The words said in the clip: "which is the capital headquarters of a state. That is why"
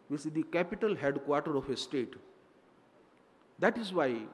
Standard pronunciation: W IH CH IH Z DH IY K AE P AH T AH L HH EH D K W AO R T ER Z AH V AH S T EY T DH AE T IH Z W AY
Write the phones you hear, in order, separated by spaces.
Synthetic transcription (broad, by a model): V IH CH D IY K AE P AH T AH L HH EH D K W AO R T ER AH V AH S T EY T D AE T IH Z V AY